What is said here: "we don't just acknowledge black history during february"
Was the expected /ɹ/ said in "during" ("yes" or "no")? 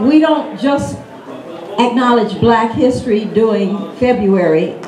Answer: no